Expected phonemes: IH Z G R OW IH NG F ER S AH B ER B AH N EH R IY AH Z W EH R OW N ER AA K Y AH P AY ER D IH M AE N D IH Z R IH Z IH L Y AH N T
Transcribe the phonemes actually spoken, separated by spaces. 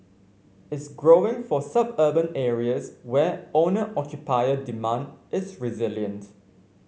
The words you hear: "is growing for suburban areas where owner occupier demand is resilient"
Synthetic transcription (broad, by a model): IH S G R OW IH NG F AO S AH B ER B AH N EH R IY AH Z W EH OW N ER AA K Y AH P AY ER D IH M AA N D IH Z R IH Z IH L Y AH N T